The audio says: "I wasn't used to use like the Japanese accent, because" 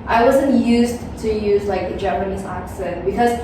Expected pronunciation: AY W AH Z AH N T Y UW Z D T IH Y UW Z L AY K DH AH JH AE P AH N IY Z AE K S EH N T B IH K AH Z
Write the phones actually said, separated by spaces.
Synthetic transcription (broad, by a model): AY W AH Z AH N T Y UW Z T IH Y UW Z L AY K DH AH JH AE P AH N IY Z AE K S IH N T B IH K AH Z